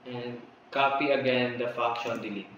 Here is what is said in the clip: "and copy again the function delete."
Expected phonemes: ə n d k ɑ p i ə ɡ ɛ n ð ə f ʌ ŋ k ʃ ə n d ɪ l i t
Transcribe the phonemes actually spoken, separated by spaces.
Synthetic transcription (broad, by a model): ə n k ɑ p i ə ɡ ɛ n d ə f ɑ k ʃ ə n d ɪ l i